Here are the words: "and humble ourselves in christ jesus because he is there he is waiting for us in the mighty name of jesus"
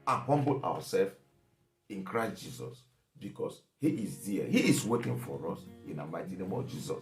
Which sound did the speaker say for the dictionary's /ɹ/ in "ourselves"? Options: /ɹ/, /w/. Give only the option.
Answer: /w/